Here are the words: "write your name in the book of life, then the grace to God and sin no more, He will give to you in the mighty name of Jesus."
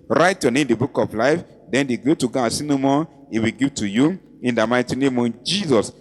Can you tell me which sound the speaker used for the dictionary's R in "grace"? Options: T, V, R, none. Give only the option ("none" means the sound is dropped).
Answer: none